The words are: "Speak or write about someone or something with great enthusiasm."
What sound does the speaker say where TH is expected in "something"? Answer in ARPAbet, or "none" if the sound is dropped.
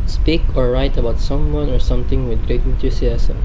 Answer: T